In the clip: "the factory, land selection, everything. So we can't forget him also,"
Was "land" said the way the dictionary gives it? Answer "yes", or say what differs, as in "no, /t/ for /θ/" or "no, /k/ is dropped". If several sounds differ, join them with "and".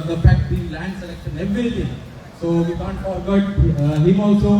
yes